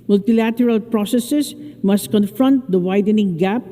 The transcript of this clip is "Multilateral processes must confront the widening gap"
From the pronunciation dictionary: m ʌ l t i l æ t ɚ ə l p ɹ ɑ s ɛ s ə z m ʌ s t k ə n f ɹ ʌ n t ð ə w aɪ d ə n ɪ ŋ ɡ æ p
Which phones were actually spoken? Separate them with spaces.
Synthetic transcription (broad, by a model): m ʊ l t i l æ t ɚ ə l p ɹ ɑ s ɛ s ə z m ʌ s t k ə n f ɹ ʌ n t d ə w aɪ d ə n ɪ ŋ ɡ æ p